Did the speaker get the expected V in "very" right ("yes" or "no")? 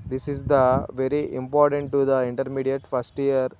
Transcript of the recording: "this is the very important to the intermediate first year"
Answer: yes